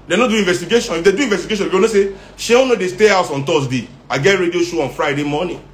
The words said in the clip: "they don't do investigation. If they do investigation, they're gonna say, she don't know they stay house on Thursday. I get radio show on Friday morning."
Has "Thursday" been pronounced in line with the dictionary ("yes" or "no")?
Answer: no